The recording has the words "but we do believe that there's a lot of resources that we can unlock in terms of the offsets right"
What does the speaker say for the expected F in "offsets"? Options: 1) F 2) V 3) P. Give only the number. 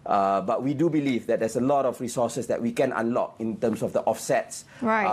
1